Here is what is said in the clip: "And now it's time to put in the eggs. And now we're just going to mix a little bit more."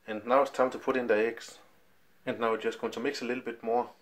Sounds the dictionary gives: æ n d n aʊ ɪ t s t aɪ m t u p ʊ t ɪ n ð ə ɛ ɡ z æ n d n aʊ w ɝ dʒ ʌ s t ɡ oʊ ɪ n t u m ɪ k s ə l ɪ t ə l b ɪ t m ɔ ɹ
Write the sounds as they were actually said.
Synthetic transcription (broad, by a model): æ n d n aʊ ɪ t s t aɪ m t u p ʊ t ɪ n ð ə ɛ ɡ s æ n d n aʊ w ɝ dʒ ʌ s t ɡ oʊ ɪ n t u m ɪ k s ə l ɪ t l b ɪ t m ɔ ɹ